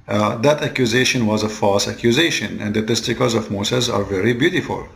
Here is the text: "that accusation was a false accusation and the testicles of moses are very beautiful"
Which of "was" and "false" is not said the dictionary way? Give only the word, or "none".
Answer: none